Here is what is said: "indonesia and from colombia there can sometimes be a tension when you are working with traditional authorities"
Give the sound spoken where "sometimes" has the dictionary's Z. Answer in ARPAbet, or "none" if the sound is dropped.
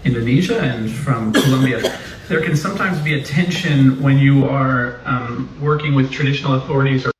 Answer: Z